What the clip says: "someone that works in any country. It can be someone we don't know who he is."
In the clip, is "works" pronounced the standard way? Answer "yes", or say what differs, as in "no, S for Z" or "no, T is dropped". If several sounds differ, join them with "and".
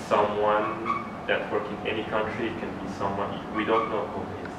no, S is dropped